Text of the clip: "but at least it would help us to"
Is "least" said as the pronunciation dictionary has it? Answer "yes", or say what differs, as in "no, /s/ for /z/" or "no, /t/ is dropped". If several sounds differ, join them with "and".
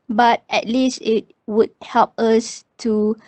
yes